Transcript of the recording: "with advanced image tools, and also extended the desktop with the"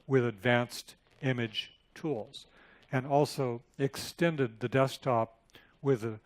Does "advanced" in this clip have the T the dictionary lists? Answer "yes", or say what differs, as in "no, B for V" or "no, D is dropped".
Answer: yes